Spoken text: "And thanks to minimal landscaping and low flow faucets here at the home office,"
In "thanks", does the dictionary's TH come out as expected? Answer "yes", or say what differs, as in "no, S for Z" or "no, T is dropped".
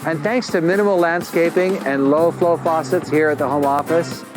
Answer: yes